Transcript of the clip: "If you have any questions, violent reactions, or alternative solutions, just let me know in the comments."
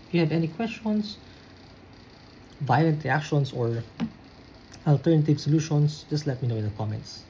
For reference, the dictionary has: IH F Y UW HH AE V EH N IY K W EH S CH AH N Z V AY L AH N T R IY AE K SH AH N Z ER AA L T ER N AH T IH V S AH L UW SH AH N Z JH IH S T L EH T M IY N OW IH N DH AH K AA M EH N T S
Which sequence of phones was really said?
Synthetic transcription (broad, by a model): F Y UW HH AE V EH N IY K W EH S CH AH N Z V AY L AH N T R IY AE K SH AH N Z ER AA L T ER N AH T IH V S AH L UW SH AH N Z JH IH S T L EH T M IY N OW IH N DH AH K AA M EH N T S